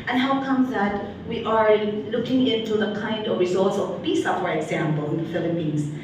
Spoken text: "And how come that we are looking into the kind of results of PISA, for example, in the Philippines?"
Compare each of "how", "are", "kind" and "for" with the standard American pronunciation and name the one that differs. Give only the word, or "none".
for